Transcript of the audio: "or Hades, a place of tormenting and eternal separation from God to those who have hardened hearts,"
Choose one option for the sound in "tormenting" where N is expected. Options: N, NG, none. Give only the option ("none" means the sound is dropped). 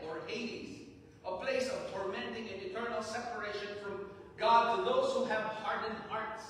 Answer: N